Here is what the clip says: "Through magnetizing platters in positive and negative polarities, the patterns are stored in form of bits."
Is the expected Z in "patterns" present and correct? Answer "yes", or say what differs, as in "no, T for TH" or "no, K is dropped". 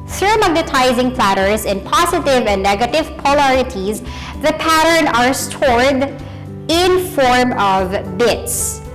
no, Z is dropped